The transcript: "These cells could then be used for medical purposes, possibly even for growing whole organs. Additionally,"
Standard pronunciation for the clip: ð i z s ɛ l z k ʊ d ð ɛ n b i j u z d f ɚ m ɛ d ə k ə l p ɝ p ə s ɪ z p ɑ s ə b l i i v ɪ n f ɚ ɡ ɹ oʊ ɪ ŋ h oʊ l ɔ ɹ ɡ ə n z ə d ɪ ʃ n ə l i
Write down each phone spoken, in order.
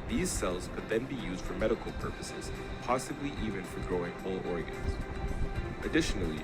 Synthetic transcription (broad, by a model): ð i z s ɛ l z k ʊ d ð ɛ n b i j u z d f ɚ m ɛ d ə k l p ɝ p ə s ɪ z p ɑ s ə b l i i v ɪ n f ɚ ɡ ɹ oʊ ɪ ŋ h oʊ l ɔ ɹ ɡ ə n z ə d ɪ ʃ n l i